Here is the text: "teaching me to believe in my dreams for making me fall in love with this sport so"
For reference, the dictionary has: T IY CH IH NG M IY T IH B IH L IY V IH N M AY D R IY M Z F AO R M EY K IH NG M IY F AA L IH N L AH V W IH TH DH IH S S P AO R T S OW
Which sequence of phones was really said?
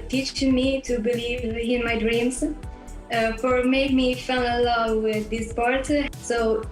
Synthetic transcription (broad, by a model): T IY CH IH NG M IY T IH B IH L IY V IH N M AY D R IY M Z F AO R M EY IH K M IY F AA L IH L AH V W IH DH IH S S P AO R T S OW